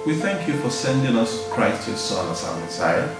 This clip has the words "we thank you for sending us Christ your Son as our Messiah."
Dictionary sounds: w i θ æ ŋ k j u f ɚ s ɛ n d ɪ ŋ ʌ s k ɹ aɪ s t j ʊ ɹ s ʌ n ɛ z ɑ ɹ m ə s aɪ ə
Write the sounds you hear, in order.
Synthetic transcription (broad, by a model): w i θ æ ŋ k j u f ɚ s ɛ n d ɪ ŋ ʌ s k ɹ aɪ s t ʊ s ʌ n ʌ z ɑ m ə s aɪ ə